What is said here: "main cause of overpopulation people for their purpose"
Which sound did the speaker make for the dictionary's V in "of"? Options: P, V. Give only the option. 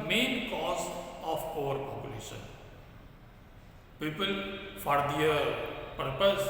P